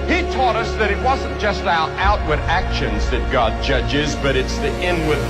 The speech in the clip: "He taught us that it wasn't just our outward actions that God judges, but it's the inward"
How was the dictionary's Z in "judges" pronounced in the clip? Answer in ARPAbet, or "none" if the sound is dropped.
Z